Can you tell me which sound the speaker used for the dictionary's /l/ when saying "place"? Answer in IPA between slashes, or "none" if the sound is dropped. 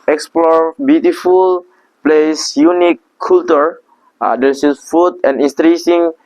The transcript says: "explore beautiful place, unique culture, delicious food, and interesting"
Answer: /l/